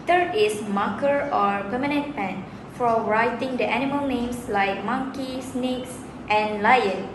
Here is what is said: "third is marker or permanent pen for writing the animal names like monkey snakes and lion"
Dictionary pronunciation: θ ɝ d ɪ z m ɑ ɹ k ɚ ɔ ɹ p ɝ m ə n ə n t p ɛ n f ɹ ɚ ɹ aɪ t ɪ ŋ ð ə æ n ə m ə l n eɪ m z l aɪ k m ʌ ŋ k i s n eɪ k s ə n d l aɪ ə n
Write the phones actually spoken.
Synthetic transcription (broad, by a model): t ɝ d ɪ s m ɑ k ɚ ɔ ɹ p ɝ m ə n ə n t p ɛ n f ɹ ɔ ɹ aɪ t ɪ ŋ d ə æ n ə m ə l n eɪ m s l aɪ k m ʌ ŋ k i s n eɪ k s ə n l aɪ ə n